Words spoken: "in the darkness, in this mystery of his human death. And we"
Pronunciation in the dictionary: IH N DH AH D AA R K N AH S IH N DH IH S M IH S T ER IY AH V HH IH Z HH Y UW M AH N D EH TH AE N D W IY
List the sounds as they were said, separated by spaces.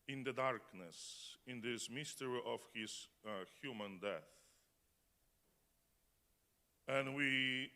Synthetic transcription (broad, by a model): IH N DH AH D AA R K N AH S IH N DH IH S M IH S T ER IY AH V HH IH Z HH Y UW M AH N D EH TH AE N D W IY